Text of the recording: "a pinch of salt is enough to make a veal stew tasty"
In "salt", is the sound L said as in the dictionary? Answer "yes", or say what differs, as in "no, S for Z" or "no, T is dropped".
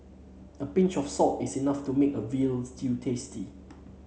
no, L is dropped